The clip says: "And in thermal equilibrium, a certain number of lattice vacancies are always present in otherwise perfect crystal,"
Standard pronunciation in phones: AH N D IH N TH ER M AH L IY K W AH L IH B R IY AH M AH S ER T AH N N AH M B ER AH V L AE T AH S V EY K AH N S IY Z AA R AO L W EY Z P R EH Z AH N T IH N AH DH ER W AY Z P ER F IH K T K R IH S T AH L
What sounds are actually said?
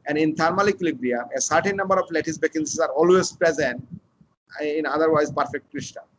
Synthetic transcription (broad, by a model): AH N D IH N T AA M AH L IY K L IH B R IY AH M AH S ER T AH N N AH M B ER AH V L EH T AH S B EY K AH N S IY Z AA R AO L W EY Z P R EH Z AH N T IH N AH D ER W AY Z P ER F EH K T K R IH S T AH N